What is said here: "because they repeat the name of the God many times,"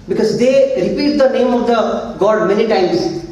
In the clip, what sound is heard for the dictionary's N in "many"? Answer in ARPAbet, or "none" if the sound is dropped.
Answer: L